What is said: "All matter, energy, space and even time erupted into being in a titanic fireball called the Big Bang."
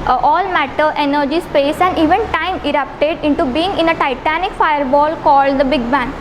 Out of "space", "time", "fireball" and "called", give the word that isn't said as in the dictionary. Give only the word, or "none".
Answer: none